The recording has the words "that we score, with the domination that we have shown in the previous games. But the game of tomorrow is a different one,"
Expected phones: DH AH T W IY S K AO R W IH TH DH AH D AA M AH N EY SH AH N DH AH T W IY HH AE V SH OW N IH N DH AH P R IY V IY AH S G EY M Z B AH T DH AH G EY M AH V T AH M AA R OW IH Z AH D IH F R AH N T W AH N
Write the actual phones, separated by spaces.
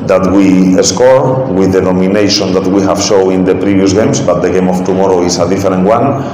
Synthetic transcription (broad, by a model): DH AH T W IY S K AO R W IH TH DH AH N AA M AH N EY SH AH N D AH T W IY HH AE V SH OW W IH N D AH P R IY B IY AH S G EY M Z B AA T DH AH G EY M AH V T AH M AA R OW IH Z AH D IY F R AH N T W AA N